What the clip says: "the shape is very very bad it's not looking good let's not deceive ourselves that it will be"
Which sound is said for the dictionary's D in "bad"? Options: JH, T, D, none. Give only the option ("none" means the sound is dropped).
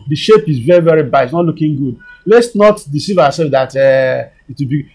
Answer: none